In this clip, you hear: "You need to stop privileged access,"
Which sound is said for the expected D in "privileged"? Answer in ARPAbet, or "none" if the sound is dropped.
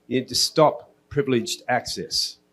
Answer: D